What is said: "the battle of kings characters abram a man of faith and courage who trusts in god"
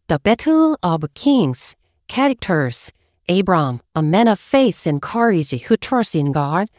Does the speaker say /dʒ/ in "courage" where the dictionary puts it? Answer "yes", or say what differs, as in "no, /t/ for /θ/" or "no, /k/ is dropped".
no, /z/ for /dʒ/